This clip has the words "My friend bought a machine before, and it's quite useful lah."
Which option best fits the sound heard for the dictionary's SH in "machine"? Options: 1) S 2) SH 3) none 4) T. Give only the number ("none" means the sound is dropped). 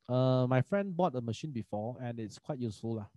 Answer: 2